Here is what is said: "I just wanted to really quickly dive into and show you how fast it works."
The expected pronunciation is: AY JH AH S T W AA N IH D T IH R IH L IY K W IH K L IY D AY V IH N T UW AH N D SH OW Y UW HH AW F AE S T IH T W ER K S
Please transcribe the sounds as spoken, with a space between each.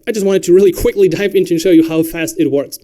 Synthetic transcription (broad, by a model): AY JH AH S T W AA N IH D T IH R IH L IY K W IH K L IY D AY P IH N T UW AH N SH OW Y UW HH AW F AE S T IH T W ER K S